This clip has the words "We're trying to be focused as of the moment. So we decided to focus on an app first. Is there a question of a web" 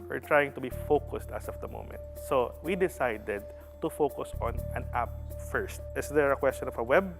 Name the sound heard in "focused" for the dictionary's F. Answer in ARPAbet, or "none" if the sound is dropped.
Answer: F